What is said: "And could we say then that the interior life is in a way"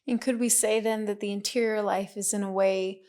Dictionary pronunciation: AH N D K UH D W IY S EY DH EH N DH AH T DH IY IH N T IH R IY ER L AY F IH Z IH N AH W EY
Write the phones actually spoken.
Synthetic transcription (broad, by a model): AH N K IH D W IY S EY DH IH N DH AH T DH IY IH N T IH R IY ER L AY F IH Z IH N AH W EY